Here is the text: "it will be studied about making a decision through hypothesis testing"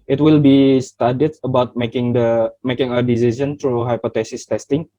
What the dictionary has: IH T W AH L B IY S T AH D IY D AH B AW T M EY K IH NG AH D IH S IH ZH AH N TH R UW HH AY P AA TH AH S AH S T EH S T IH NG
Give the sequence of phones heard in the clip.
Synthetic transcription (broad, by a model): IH T W AH L B IY S T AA D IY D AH B AW T M EY K IH NG AH D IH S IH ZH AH N T R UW HH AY P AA T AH S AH S T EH S T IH NG